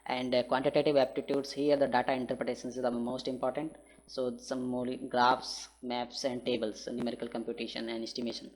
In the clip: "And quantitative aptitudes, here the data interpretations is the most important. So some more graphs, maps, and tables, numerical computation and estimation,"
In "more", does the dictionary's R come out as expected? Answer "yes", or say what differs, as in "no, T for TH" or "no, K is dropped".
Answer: no, L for R